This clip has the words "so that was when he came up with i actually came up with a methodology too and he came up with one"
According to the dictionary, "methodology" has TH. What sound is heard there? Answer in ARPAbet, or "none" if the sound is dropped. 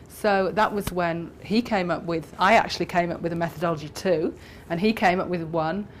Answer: TH